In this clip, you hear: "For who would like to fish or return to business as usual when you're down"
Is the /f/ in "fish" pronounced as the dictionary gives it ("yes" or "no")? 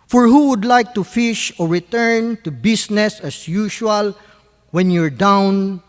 yes